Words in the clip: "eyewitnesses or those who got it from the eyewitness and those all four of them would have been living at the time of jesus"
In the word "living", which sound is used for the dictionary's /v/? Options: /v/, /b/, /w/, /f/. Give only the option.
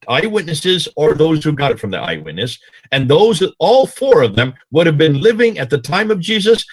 /v/